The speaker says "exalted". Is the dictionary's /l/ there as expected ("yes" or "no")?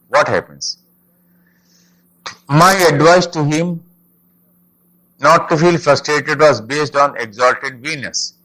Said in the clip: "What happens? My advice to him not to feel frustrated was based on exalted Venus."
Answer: yes